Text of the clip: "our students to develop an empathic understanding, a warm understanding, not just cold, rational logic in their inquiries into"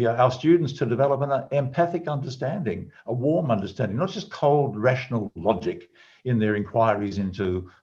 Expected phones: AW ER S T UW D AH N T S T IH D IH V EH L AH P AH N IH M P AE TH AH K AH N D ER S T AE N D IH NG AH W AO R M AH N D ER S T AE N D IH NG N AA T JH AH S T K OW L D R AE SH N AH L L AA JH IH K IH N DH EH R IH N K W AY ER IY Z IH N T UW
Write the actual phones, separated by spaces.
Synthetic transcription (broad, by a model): AW ER S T UW D N T S T IH D IH V EH L AH P AH N IH M P AE TH AH K AH N D ER S T AE N D IH NG AH W AO R M AH N D ER S T AE N D IH NG N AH T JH AH S K OW L D R AE SH N L L AA JH IH K IH N DH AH R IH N K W AY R IY Z IH N T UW